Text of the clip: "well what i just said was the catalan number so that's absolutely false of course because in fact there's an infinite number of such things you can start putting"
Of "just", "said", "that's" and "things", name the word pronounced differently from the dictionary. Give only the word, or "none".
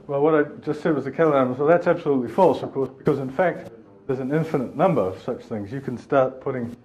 none